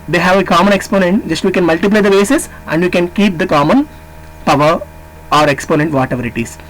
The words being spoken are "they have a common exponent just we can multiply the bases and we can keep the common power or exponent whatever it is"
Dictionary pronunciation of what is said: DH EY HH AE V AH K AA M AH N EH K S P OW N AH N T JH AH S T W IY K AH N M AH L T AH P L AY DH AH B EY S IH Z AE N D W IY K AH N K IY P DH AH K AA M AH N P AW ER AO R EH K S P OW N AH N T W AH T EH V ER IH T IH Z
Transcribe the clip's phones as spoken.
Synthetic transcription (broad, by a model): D EY HH AE V AH K AA M AH N EH K S P OW N AH N T JH AH S T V IY K AH N M AH L T AH P L AY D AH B EY S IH S AE N D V IY K AH N K IY P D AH K AA M AH N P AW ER AO R EH K S P OW N AH N T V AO T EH V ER IH T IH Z